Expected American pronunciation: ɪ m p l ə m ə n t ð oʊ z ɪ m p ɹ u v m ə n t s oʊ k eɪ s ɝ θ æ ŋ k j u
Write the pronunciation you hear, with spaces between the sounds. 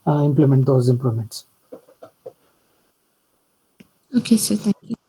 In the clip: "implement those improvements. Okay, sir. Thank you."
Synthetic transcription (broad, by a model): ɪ m p l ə m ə n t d oʊ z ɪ m p l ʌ m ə n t s oʊ k eɪ s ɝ t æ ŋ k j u